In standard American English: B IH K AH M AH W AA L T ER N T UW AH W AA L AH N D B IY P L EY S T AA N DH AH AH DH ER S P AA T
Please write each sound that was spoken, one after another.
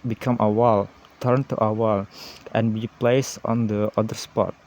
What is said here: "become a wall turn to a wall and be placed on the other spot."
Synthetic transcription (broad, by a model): B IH K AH M AH W AA L T ER N T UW AH W AA L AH N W IY P L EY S AA N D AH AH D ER S P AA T